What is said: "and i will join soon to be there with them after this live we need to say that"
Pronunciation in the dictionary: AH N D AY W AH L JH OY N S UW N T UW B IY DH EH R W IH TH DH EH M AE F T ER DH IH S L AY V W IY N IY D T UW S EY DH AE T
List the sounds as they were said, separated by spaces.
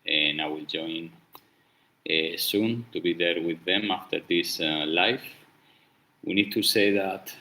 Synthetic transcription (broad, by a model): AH N AY W AH L JH OY N S UW N T UW B IY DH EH R W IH DH EH M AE F T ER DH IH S L AY F W IY N IY D T UW S EY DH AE T